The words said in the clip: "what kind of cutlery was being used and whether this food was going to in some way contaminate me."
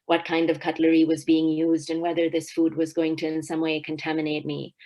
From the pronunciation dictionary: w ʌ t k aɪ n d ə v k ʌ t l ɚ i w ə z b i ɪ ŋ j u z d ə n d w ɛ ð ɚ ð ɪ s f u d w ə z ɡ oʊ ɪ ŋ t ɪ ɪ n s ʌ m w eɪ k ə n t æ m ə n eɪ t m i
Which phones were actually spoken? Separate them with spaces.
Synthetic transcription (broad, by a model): w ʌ t k aɪ n d ə v k ʌ t l ɚ i w ə z b i ɪ ŋ j u z d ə n w ɛ ð ɚ ð ɪ s f u d w ə z ɡ oʊ ɪ ŋ t ɪ ɪ n s ʌ m w eɪ k ə n t æ m ə n eɪ t m i